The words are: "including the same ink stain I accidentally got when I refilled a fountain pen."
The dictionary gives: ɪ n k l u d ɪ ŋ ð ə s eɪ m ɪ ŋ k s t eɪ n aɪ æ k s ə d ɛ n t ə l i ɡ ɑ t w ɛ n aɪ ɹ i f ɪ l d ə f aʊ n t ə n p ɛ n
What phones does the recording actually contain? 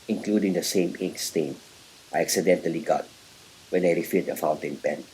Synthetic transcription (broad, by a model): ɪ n k l u d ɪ ŋ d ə s eɪ m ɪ k s t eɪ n aɪ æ k s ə d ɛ n t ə l i ɡ ɑ t w ɛ n aɪ ɹ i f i d ə f aʊ n t ə n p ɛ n